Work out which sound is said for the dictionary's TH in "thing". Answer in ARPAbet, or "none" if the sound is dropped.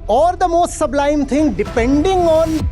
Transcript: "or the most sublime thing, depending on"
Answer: T